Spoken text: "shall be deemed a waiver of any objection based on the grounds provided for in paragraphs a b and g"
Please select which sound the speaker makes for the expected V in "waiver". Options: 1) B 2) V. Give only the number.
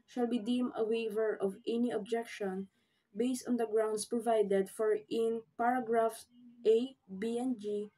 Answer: 2